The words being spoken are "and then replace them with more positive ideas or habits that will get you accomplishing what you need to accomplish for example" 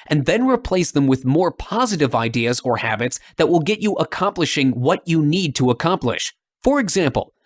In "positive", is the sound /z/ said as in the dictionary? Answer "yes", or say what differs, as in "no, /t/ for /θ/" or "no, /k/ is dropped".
yes